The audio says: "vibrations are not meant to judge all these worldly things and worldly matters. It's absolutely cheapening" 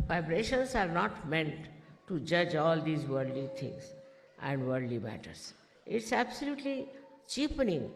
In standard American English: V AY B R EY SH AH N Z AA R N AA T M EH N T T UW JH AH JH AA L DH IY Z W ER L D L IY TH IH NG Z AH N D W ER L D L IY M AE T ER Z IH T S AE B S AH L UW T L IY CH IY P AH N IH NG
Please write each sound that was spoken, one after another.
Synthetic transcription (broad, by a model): V AY B R EY SH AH N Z AA R N AA T M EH N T T UW JH AH JH AA L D IY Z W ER D L IY T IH NG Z AH N D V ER D L IY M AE T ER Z IH T S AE B S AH L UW T L IY CH IY P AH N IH NG